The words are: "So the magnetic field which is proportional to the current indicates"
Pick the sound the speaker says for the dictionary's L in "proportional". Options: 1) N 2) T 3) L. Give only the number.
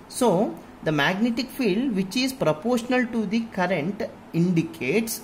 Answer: 3